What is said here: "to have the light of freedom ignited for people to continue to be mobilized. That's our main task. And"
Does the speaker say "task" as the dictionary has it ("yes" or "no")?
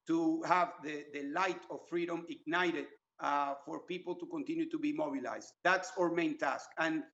yes